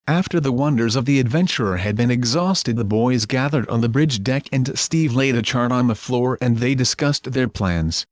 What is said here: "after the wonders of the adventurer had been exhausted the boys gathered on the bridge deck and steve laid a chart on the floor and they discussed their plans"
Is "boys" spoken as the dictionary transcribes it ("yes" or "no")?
yes